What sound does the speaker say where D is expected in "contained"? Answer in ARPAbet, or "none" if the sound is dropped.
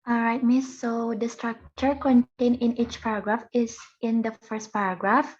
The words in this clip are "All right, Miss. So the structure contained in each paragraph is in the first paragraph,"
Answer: none